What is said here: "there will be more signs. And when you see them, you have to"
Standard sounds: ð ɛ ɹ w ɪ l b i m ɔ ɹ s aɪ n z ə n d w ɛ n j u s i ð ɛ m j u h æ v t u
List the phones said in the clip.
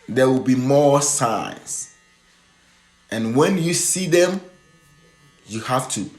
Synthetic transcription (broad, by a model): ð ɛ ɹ w ɪ l b i m ɔ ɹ s aɪ n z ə n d w ɛ n j u s i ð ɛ m j u h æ f t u